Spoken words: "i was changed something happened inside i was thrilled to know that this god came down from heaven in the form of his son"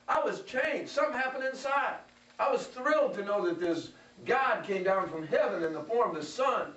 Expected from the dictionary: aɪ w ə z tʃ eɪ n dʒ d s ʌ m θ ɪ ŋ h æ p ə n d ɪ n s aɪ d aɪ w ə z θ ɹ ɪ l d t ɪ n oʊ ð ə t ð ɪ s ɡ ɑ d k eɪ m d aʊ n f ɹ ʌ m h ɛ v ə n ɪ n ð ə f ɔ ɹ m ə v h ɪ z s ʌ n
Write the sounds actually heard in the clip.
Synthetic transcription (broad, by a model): aɪ w ə z tʃ eɪ n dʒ s ʌ m h æ p ə n d ɪ n s aɪ d aɪ w ə z θ ɹ ɪ l d t ɪ n oʊ ð ə t ð ɪ s ɡ ɑ d k eɪ m d aʊ n f ɹ ʌ m h ɛ v ə n ɪ n ð ə f ɔ ɹ m ə v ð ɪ s ʌ n